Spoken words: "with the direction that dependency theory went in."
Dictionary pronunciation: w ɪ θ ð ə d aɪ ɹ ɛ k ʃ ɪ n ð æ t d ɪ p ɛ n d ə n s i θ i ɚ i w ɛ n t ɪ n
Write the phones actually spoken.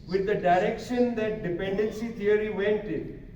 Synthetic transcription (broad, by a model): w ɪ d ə d aɪ ɹ ɛ k ʃ ɪ n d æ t d ɪ p ɛ n d ə n s i t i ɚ i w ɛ n t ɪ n